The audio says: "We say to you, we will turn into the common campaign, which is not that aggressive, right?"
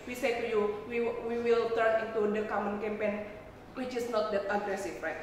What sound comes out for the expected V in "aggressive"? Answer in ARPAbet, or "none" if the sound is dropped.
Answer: F